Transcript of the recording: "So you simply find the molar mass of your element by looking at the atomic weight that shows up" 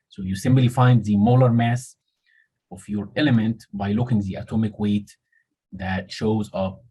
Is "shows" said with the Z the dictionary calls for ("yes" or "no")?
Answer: yes